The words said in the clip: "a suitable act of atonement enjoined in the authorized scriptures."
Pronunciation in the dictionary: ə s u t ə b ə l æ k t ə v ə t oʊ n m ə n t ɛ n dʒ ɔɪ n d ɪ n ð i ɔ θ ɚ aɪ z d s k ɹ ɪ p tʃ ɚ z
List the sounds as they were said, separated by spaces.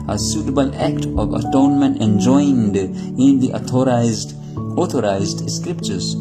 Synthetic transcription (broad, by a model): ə s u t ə b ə l æ k t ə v ə t oʊ n m ə n t ɛ n dʒ ɔɪ n d ɪ n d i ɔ t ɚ aɪ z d s k ɹ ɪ p tʃ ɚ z